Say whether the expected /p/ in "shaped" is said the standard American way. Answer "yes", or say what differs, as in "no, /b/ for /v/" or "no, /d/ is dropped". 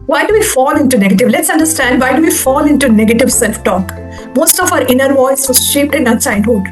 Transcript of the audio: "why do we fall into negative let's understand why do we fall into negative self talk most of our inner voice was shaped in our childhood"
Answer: yes